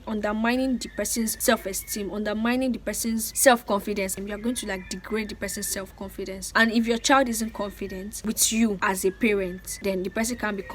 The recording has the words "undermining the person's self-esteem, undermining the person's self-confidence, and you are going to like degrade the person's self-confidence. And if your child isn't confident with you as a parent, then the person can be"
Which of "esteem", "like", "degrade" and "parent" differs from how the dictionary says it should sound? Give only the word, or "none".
none